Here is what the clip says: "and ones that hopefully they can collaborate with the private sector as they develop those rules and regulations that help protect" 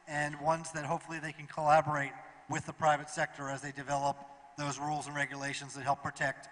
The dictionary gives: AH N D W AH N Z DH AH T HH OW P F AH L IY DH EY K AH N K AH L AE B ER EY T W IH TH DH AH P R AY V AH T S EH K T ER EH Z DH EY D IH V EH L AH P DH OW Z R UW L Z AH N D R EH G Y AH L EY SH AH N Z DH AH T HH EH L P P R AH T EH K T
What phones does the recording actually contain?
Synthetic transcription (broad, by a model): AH N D W AH N Z DH AH T HH OW P F L IY DH EY K N K AH L AE B ER EY T W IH DH AH P R AY V AH T S EH K T ER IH Z DH EY D IH V EH L AH P DH OW Z R UW L Z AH N R EH G Y AH L EY SH AH N Z DH AH T HH EH L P P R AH T EH K T